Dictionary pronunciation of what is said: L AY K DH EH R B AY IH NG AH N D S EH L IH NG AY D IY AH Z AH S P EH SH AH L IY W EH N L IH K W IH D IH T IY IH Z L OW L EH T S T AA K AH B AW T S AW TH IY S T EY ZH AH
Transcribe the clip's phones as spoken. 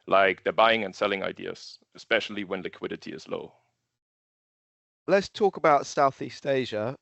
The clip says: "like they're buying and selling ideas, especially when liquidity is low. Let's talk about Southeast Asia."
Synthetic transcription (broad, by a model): L AY K DH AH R B AY IH NG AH N S EH L IH NG AY D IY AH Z AH S P EH SH AH L IY W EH N L IH K W IH D IH T IY IH Z L OW L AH T S T AA K AH B AW T S AW TH IY S T EY ZH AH